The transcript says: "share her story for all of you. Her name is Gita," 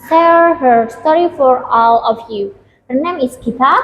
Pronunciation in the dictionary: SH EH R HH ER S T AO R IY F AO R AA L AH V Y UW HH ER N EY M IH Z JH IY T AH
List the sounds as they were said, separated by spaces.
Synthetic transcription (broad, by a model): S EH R HH ER S T AO R IY F AO R AA L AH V Y UW HH ER N EY M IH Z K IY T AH